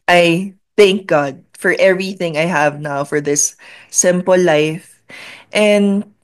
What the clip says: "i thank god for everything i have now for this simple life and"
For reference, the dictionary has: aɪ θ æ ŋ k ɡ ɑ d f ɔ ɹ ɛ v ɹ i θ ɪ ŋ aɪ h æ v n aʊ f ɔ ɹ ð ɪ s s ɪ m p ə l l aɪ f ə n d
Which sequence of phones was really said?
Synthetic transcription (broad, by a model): aɪ θ æ ŋ k ɡ ɑ d f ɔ ɹ ɛ v ɹ i θ ɪ ŋ aɪ h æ v n aʊ f ɔ ɹ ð ɪ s s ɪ m p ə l l aɪ f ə n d